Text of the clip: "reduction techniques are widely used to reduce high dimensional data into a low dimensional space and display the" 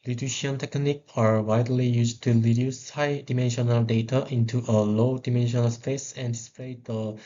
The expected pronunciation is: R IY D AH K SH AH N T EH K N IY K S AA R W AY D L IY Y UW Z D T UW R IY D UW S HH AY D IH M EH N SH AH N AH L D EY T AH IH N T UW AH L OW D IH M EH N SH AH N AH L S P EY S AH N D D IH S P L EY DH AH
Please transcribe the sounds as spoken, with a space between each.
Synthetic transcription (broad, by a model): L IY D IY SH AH N T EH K N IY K AA R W AY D L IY Y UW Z T UW R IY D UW S HH AY D IH M EH N SH AH N AH L D EY T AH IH N T UW AH L OW D IH M EH N SH AH N AH L S P EY S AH N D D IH S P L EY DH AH